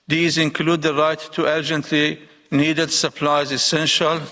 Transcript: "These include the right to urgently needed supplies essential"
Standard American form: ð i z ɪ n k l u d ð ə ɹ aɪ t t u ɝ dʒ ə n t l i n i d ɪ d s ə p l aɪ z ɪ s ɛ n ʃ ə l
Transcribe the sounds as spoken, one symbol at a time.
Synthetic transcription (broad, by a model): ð i z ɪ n k l u d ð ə ɹ aɪ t t u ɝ dʒ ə n t l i n i d ɪ d s ə p l aɪ z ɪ s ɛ n ʃ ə l